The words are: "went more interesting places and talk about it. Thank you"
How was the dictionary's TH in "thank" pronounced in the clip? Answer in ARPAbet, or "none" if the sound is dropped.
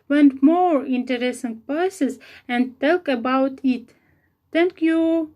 T